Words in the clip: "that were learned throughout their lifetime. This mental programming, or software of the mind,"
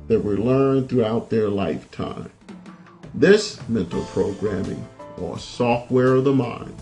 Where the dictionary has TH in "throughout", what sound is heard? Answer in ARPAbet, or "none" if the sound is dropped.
TH